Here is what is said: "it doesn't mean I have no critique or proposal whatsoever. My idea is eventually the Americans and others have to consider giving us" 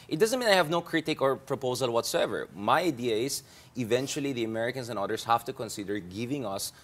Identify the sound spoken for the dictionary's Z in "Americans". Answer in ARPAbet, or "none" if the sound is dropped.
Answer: S